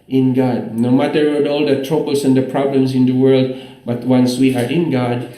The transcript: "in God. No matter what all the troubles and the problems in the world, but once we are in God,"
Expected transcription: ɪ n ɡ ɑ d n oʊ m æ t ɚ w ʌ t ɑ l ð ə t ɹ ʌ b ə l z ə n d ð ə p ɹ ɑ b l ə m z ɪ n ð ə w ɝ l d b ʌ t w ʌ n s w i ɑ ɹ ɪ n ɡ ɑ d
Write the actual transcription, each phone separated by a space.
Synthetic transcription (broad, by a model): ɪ n ɡ ɑ d n oʊ m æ t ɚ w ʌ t ɑ l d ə t ɹ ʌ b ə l s ə n d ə p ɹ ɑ b l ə m s ɪ n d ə w ɝ l d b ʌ t w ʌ n s w i ɑ ɹ ɪ n ɡ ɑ d